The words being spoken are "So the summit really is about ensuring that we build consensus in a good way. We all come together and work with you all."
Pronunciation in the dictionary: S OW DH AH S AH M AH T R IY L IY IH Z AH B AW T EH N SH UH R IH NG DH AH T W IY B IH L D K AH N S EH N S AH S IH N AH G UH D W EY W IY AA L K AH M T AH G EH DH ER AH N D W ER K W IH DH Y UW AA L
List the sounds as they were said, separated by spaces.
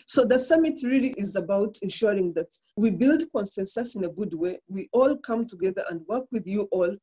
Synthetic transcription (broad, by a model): S OW DH AH S AH M AH T R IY L IY IH Z AH B AW T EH N SH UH R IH NG DH AH T W IY B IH L D K AH N S EH N S AH S IH N AH G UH D W EY W IY AA L K AH M T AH G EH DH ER AH N D W ER K W IH DH Y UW AA L